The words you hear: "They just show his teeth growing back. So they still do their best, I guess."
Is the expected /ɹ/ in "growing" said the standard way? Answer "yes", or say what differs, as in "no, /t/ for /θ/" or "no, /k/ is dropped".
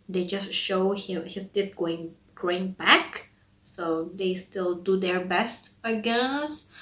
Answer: yes